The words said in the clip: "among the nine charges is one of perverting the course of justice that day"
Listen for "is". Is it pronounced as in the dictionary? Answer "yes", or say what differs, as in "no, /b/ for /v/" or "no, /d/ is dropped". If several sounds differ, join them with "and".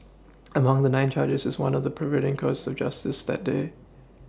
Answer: yes